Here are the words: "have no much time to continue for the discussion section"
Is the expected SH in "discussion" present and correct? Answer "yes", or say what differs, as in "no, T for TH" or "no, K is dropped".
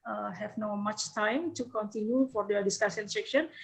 no, S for SH